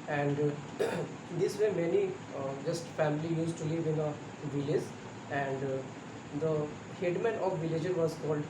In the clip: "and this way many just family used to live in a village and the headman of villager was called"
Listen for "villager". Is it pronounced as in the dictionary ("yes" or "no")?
yes